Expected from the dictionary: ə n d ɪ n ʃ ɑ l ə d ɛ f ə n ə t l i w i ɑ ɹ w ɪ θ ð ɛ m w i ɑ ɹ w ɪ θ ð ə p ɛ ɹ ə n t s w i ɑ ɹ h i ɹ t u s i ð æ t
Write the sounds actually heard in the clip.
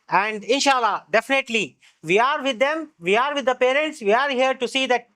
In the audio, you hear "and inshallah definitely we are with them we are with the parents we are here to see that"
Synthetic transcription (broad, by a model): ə n d ɪ n ʃ ɑ l ə d ɛ f ə n ə t l i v i ɑ ɹ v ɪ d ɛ m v i ɑ ɹ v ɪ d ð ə p ɛ ɹ ə n t s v i ɑ ɹ h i ɹ t u s i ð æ t